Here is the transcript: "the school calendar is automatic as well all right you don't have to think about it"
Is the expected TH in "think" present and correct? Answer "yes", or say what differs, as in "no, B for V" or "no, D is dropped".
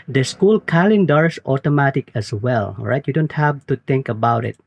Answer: no, T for TH